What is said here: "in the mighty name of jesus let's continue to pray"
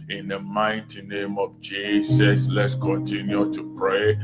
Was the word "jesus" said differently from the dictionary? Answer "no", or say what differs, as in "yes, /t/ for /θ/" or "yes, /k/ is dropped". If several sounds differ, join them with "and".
yes, /s/ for /z/